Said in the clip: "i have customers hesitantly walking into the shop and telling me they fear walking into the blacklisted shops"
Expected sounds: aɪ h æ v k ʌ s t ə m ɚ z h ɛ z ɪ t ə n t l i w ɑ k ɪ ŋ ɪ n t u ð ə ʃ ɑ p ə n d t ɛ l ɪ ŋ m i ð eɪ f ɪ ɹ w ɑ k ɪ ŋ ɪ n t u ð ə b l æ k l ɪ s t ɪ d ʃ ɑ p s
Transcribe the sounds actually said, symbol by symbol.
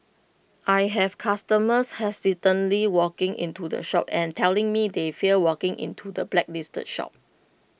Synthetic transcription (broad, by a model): aɪ h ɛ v k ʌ s t ə m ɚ s h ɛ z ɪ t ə n l i w ɑ k ɪ ŋ ɪ n t u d ə ʃ ɑ p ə n t ɛ l ɪ ŋ m i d eɪ f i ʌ w ɑ k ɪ ŋ ɪ n t u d ə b l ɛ k l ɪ s t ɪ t ʃ ɑ p